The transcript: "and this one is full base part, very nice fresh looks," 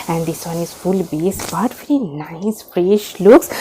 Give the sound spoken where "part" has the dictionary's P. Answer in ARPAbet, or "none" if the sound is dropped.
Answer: B